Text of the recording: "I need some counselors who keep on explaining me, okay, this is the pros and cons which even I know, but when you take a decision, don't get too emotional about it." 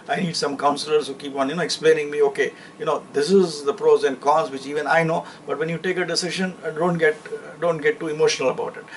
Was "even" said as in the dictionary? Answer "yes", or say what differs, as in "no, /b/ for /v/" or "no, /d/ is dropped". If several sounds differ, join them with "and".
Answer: yes